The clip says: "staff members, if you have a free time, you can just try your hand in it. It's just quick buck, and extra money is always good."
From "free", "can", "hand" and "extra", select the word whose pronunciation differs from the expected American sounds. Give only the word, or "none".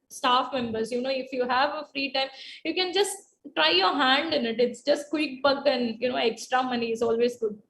none